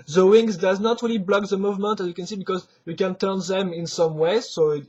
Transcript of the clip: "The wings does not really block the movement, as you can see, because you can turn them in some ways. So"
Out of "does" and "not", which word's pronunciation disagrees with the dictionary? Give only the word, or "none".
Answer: none